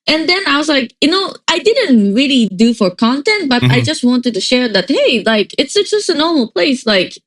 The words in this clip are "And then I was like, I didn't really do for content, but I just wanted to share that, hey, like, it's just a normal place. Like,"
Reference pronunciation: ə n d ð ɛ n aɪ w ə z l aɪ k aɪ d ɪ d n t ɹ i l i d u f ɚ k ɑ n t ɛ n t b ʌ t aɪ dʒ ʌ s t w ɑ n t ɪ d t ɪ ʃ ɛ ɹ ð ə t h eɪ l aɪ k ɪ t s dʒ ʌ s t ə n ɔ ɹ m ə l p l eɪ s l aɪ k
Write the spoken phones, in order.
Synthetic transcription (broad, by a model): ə n ð ɛ n aɪ w ə z l aɪ k aɪ d ɪ d n t ɹ i l i d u f ɚ k ɑ n t ɛ n t b ʌ t aɪ dʒ ʌ s t w ɑ n t ɪ d t ɪ ʃ ɛ ɹ ð ə t h eɪ l aɪ k ɪ t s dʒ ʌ s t ə n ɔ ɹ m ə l p l eɪ s l aɪ k